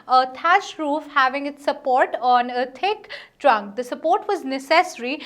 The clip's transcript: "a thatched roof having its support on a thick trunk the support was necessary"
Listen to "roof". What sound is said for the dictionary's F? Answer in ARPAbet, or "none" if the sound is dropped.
F